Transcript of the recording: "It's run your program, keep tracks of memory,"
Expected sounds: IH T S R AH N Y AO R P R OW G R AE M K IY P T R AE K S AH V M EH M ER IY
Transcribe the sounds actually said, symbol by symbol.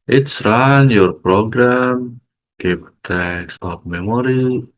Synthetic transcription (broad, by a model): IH T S R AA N Y AO R P R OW G R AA M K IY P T EH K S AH P M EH M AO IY